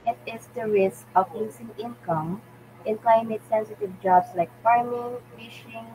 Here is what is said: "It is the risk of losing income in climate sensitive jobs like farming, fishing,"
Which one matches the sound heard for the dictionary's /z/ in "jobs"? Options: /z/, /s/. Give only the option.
/s/